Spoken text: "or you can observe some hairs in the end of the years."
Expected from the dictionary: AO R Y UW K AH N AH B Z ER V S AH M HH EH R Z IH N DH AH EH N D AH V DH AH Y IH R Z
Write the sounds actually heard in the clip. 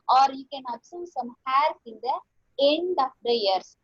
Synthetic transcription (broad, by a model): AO R Y UW K AH N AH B S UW S AH M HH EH R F IH N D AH EH N D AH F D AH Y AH R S